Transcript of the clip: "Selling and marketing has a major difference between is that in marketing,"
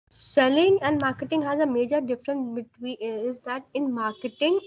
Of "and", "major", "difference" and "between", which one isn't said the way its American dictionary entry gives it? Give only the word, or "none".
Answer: between